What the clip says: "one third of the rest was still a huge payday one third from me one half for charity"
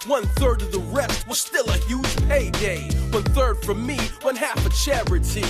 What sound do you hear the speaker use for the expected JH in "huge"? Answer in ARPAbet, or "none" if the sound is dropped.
ZH